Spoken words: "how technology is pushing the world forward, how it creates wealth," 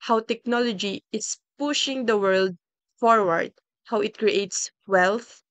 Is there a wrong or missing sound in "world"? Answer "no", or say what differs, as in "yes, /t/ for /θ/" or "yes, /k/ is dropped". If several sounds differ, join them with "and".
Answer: no